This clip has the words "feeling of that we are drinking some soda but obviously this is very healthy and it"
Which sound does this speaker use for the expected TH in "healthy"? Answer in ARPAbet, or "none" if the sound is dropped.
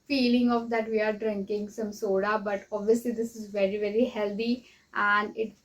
T